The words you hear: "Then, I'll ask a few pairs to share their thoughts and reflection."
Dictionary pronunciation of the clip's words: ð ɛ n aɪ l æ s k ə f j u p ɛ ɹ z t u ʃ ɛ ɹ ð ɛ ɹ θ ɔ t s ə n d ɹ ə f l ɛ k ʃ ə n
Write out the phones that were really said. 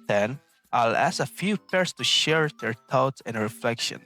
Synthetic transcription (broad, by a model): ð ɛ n aɪ l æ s ə f j u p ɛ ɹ s t u ʃ ɛ ɹ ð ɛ ɹ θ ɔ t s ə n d ɹ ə f l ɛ k ʃ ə n